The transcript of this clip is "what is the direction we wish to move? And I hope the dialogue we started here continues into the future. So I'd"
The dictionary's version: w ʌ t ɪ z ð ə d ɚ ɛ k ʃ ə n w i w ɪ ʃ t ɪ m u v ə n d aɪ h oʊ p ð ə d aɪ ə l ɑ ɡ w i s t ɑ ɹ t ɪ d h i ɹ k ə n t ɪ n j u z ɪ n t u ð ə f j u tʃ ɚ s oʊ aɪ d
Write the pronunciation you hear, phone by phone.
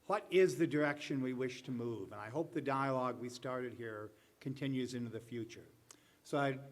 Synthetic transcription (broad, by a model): w ʌ t ɪ z ð ə d ɚ ɛ k ʃ ə n w i w ɪ ʃ t ɪ m u v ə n aɪ h oʊ p ð ə d aɪ ə l ɑ ɡ w i s t ɑ ɹ t ɪ d h i ɹ k ə n t ɪ n j u z ɪ n t u ð ə f j u tʃ ɚ s oʊ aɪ